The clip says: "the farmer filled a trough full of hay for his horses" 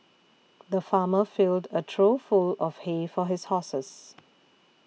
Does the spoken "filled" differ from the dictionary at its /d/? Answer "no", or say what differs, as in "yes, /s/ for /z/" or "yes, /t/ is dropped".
no